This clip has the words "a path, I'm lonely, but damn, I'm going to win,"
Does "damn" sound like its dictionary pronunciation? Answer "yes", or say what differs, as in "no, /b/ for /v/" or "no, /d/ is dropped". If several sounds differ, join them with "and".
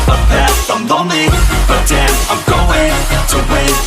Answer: no, /m/ is dropped